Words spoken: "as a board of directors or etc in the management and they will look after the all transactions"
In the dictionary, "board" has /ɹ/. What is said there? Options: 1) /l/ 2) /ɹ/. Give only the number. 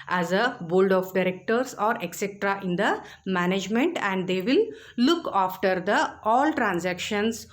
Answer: 1